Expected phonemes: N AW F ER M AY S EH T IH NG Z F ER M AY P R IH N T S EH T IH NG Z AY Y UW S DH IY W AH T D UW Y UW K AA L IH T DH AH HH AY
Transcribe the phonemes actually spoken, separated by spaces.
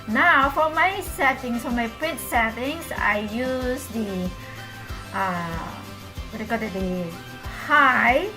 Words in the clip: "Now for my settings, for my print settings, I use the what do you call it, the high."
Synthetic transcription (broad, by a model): N AW F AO M AY S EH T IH NG S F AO M AY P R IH T S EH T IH NG S AY Y UW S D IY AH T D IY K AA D IH T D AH HH AY